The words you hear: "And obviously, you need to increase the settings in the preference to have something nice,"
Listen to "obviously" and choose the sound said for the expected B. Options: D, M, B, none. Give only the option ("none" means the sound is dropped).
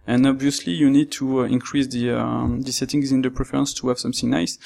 B